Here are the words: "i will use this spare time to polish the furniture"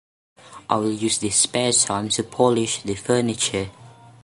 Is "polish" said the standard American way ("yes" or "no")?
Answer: yes